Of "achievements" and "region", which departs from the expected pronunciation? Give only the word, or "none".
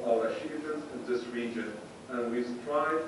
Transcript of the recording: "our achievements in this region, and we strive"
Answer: achievements